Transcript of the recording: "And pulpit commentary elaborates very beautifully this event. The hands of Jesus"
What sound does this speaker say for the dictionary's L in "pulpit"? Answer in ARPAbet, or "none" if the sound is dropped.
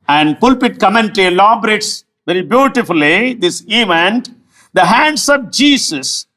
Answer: L